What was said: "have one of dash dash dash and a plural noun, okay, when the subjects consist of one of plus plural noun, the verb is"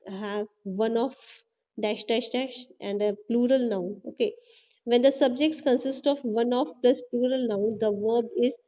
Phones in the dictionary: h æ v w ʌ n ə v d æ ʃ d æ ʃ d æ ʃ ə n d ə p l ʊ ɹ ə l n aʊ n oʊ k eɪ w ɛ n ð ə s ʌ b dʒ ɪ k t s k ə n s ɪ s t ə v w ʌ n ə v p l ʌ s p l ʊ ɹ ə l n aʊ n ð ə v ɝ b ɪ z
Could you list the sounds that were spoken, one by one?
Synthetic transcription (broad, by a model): h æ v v ʌ n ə f d æ ʃ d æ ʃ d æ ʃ ə n d ə p l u ɹ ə l n aʊ n oʊ k eɪ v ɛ n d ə s ʌ b dʒ ɪ k t s k ə n s ɪ s t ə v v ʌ n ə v p l ʌ s p l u ɹ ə l n aʊ n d ə v ɝ b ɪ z